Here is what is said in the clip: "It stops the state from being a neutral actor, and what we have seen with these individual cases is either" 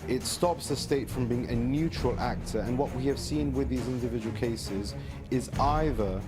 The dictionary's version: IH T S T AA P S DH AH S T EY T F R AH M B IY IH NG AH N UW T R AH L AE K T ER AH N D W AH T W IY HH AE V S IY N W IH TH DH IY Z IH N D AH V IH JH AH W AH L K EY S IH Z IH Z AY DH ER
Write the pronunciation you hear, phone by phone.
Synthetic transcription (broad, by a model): IH T S T AA P S DH AH S T EY T F R AH M B IY IH NG AH N UW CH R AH L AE K T ER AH N W AH T W IY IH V S IY N W IH DH IY Z IH N D AH V IH JH AH W AH L K EY S IH Z IH Z AY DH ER